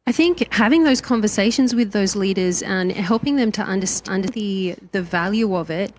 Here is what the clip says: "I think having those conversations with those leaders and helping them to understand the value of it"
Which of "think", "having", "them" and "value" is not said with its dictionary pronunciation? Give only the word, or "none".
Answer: none